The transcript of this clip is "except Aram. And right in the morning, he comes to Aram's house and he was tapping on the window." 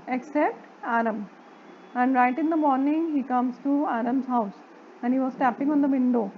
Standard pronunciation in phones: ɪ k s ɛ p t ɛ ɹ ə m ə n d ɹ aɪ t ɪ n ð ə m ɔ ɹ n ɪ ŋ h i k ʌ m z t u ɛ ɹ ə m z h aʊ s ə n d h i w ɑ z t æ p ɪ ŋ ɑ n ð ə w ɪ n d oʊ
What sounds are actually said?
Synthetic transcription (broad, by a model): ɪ k s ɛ p t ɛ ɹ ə m ə n d ɹ aɪ t ɪ n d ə m ɔ ɹ n ɪ ŋ h i k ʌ m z t u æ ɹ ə m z h aʊ s ə n d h i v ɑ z t æ p ɪ ŋ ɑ n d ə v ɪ n d oʊ